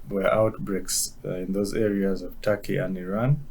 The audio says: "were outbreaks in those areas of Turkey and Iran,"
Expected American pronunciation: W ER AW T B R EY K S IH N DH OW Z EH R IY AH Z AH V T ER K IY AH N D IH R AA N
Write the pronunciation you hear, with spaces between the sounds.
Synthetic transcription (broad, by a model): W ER AW T B R EY K S IH N DH OW Z EH R IY AH Z AH V T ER K IY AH N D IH R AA N